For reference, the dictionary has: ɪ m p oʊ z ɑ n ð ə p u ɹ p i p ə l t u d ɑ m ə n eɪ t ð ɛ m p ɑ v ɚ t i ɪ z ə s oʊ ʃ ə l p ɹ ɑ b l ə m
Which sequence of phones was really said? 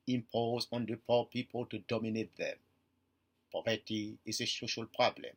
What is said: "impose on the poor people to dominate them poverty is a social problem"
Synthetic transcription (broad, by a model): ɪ m p oʊ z ɑ n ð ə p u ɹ p i p ə l t u d ɑ m ə n eɪ t ð ɛ m p ɑ v ɚ t i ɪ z ə s oʊ ʃ ə l p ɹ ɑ b l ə m